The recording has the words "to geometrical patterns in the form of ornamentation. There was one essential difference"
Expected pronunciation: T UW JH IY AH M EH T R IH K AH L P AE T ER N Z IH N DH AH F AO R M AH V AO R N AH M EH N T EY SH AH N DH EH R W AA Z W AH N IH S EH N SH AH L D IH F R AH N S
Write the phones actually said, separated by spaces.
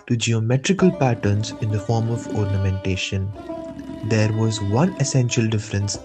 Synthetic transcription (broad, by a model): T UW JH IY AH M EH T R IH K AH L P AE T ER N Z IH N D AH F AO R M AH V AO R N AH M EH N T EY SH AH N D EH R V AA Z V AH N IH S EH N SH AH L D IH F R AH N S